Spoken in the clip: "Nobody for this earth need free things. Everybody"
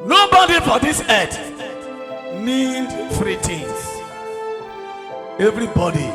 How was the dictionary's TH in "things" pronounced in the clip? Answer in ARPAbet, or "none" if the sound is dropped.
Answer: T